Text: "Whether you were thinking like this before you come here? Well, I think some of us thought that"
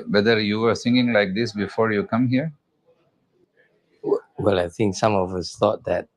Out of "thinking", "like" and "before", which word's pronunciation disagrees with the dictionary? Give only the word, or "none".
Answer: thinking